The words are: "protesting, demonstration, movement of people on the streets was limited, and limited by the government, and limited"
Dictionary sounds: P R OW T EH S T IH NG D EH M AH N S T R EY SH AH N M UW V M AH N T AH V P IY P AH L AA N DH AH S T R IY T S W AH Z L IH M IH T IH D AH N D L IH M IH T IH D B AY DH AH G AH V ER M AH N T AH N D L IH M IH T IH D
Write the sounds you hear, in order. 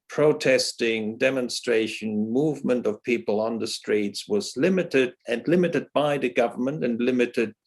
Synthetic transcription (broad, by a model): P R OW T EH S T IH NG D EH M AH N S T R EY SH AH N M UW V M AH N T AH V P IY P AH L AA N DH AH S T R IY T S W AH Z L IH M IH T IH D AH N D L IH M IH T IH D B AY DH AH G AH V ER M AH N T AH N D L IH M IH T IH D